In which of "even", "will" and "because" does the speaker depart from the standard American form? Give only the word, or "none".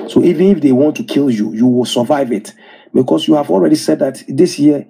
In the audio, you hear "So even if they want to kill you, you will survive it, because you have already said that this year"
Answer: because